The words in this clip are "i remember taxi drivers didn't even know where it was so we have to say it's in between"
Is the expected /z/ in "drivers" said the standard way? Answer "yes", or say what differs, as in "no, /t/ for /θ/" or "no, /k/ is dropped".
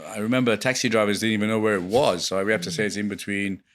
yes